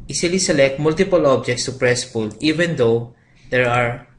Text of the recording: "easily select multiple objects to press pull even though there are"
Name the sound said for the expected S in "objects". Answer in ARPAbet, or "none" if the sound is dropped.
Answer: S